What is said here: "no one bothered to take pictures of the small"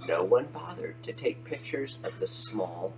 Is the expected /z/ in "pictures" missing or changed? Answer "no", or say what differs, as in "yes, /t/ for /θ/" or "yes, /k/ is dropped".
no